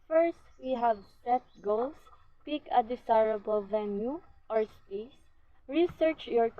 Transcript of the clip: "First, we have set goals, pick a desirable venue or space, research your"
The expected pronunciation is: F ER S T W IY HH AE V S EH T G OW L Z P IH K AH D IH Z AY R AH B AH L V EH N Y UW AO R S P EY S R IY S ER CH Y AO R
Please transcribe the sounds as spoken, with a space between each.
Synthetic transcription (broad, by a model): F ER S T W IY HH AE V S EH T G OW L S P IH K AH D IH S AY R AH B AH L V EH N Y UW AO R S P EY S R IY S ER CH Y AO R